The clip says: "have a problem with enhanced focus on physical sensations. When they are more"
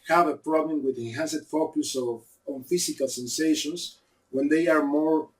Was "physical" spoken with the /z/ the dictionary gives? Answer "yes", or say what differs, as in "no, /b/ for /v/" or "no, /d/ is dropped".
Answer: no, /s/ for /z/